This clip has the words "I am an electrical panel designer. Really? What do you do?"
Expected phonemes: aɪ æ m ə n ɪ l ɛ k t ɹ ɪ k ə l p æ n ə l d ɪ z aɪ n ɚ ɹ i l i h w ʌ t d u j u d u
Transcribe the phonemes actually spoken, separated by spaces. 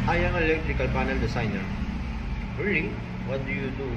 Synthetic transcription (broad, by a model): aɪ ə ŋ ɪ l ɛ k t ɹ ɪ k ə l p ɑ n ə l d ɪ s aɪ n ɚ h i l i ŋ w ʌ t d u j u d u